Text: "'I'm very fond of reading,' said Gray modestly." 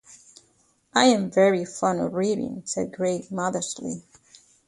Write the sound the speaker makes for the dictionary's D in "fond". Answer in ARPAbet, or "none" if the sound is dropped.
none